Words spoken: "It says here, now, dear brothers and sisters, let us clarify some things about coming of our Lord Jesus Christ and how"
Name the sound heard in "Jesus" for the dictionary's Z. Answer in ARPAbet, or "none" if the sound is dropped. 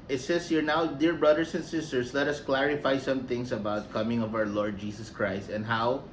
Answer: S